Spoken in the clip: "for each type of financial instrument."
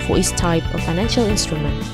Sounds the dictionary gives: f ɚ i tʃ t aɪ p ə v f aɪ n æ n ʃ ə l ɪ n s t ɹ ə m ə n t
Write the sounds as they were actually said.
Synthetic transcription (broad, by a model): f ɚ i s t aɪ p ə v f aɪ n æ n ʃ ə l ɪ n s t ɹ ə m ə n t